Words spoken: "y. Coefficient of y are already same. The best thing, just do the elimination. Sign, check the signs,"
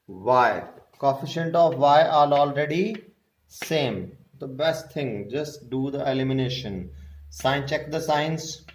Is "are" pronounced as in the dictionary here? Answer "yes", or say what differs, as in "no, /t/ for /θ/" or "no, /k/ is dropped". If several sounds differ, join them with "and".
no, /l/ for /ɹ/